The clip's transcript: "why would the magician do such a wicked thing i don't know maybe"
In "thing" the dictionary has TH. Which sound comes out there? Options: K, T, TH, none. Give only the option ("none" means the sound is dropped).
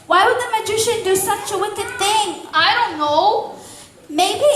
TH